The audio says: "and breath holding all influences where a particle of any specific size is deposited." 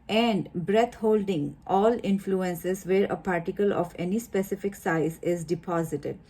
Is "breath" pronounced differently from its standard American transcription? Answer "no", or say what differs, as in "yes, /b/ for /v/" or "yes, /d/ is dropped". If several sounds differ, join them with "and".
yes, /t/ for /θ/